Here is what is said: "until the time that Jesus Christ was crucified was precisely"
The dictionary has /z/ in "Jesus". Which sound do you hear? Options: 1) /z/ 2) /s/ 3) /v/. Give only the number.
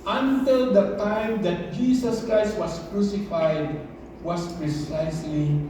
2